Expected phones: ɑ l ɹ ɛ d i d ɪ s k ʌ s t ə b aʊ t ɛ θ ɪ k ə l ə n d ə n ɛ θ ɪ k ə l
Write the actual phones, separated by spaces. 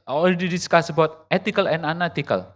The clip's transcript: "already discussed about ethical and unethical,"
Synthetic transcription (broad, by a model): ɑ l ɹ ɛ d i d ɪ s k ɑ s ə b aʊ t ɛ t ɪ k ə l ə n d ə n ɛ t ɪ k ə l